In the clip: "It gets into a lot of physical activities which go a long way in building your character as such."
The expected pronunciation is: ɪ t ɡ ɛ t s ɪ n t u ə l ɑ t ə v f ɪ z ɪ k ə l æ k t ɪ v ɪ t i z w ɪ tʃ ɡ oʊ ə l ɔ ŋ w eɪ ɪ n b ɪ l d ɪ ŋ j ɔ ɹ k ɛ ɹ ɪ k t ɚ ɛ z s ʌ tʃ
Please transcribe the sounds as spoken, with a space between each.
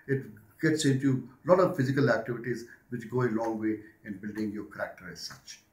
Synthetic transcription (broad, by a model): ɪ t ɡ ɛ t s ɪ n t u l ɑ t ə v f ɪ z ɪ k ə l æ k t ɪ v ɪ t i z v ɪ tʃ ɡ oʊ ə l ɔ ŋ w eɪ ɪ n b ɪ l d ɪ ŋ j ɔ ɹ k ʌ ɹ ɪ k t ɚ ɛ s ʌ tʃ